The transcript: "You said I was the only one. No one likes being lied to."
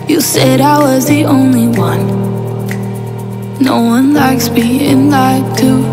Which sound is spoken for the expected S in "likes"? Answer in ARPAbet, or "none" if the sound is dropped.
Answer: S